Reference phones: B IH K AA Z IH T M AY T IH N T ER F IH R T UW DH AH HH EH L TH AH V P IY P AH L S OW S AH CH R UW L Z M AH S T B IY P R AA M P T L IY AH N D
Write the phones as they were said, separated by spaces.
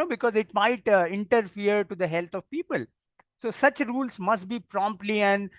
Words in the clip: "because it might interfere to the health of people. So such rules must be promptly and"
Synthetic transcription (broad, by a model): B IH K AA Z IH T M AY T IH N T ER F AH R T UW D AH HH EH L T AH V P IY P AH L S OW S AH CH R UW L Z M AH S T B IY P R AA M P T L IY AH N D